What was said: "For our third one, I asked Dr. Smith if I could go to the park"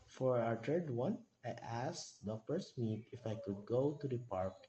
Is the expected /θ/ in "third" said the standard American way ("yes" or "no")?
no